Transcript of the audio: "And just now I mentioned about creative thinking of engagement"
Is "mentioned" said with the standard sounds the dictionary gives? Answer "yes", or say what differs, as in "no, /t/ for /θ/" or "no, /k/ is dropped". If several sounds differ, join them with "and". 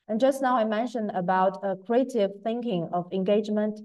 yes